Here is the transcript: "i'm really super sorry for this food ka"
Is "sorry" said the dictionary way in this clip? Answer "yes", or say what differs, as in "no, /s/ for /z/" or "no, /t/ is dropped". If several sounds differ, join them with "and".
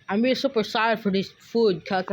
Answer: no, /ɹ/ is dropped